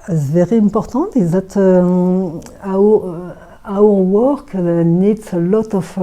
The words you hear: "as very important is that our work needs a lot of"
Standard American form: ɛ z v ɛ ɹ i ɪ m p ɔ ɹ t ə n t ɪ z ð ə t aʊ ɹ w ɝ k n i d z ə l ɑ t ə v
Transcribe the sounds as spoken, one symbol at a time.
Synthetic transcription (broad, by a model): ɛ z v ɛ ɹ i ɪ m p ɔ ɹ t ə t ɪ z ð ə t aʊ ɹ w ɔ k n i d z ə l ɑ t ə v